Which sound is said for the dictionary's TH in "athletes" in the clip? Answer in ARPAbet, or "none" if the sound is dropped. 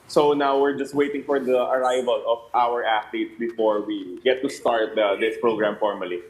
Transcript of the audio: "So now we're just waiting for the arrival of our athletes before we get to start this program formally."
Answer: T